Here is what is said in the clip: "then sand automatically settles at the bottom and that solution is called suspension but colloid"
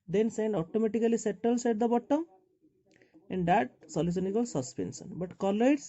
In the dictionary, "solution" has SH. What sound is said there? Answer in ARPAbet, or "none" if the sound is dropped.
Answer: S